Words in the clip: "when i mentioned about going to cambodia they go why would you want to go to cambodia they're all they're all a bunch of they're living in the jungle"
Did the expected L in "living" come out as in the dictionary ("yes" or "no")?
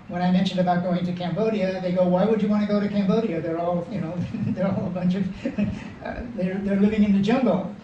yes